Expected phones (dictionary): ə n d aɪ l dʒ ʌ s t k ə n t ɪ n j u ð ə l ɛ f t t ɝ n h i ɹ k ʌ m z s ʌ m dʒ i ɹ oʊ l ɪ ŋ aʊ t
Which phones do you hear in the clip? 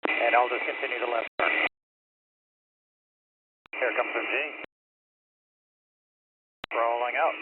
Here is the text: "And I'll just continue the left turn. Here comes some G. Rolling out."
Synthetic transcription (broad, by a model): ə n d aɪ l dʒ ʌ s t k ə n t ɪ n j u ð ə l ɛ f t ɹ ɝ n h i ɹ k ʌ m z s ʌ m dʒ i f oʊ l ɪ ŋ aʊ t